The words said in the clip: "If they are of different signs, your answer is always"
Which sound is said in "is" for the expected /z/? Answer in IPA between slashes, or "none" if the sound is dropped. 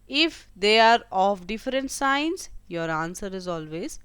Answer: /z/